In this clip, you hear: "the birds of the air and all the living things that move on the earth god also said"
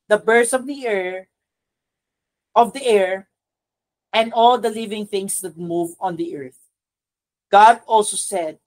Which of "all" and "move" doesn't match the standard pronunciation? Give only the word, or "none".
none